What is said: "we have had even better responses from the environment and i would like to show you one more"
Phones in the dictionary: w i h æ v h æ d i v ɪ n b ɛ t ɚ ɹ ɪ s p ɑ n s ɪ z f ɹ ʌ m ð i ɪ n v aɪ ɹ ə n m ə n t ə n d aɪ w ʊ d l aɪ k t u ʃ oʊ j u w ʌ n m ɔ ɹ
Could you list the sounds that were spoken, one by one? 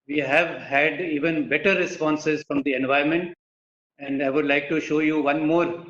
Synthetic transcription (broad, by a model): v i h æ v h æ d i v ɪ n b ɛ t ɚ ɹ ɪ s p ɑ n s ɪ z f ɹ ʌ m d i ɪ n v aɪ ə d m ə n t ə n d aɪ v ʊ d l aɪ k t u ʃ oʊ j u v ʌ n m ɔ ɹ